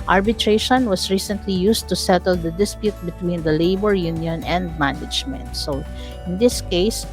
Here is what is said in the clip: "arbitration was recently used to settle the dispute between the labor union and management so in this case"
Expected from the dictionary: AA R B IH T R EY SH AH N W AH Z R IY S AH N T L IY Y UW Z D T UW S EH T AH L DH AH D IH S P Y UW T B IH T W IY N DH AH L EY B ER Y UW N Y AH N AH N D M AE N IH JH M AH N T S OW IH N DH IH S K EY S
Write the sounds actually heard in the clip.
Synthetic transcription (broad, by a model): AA R B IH T R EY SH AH N W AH S R IY S AH N T L IY Y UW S T UW S EH T AH L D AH D IH S P Y UW T B IH T W IY N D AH L EY B ER Y UW N Y AH N AH N D M AE N IH JH M AH N T S OW IH N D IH S K EY S